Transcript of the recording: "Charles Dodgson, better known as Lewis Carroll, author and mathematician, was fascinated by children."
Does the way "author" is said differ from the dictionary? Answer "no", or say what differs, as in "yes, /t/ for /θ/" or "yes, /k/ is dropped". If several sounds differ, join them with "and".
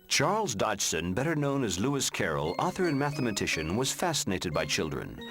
no